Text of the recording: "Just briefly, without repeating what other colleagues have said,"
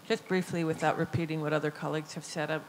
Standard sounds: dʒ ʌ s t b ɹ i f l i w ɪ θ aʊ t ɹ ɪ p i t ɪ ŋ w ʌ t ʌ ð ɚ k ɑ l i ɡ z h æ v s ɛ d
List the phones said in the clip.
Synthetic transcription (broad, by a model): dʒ ʌ s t b ɹ i f l i w ɪ θ aʊ t ɹ ɪ p i t ɪ ŋ w ʌ t ʌ ð ɚ k ɑ l i ɡ z h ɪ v s ɛ d